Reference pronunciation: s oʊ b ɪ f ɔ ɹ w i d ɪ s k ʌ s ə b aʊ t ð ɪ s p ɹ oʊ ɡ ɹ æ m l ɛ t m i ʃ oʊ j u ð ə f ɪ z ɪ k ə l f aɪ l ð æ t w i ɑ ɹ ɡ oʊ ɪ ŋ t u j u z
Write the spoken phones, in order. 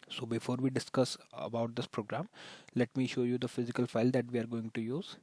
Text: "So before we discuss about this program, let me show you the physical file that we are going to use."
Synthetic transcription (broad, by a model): s oʊ b ɪ f ɔ ɹ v i d ɪ s k ʌ s ə b aʊ t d ɪ s p ɹ oʊ ɡ ɹ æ m l ɛ t m i ʃ oʊ j u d ə f ɪ z ɪ k ə l f aɪ l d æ t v i ɑ ɹ ɡ oʊ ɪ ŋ t u j u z